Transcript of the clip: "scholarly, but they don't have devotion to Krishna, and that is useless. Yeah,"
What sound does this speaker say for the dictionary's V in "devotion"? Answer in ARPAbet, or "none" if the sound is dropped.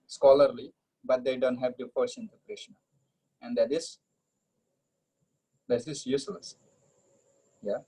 P